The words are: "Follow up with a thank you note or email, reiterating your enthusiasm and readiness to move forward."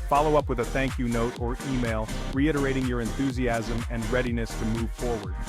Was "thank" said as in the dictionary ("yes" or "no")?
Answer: yes